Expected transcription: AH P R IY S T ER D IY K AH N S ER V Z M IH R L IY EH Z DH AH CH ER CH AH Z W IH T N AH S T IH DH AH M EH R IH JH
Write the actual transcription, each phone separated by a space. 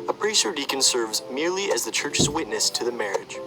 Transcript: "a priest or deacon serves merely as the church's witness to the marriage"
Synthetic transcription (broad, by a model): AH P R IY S ER D IY K AH N S ER V Z M IH R L IY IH Z DH AH CH ER CH AH Z W IH T N AH S T IH DH AH M EH R IH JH